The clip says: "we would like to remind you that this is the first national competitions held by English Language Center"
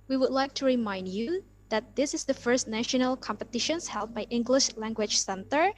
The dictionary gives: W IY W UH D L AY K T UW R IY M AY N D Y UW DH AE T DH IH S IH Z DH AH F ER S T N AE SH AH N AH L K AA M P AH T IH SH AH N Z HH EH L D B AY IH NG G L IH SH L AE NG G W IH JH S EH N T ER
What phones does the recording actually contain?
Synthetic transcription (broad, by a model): W IY W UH D L AY K T UW R IY M AY N D Y UW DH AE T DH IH S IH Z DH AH F ER S T N AE SH AH N AH L K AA M P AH T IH SH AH N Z HH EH L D B AY IH NG G L IH SH L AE NG G W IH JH S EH N T ER